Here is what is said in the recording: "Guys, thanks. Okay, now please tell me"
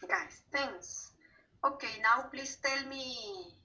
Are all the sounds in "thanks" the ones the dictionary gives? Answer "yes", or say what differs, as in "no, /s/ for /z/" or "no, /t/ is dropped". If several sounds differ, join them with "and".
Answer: no, /k/ is dropped